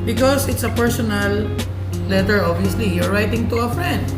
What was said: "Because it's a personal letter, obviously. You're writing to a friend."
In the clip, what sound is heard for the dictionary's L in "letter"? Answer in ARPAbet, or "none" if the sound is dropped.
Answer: L